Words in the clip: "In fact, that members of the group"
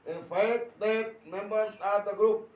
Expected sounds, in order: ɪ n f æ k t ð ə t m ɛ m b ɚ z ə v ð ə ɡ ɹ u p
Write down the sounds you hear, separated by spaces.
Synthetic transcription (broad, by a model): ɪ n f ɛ t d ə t m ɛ m b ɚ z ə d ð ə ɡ ɹ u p